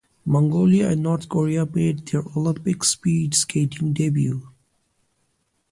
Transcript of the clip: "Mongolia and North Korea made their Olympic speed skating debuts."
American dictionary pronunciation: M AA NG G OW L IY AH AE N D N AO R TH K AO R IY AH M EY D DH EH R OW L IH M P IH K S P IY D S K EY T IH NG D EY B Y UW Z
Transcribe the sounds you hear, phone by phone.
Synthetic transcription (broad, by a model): M AA NG G OW L IY AH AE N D N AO R T K AO R IY AH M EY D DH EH R OW L IH M P IH K S P IY D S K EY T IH NG D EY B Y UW